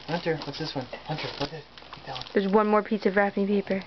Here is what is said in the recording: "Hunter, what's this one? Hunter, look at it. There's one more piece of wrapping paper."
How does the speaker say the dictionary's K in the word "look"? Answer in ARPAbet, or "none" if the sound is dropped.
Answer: none